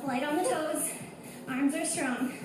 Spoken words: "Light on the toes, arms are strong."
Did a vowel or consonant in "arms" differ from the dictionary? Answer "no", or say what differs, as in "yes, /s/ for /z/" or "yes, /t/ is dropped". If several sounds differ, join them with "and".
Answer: no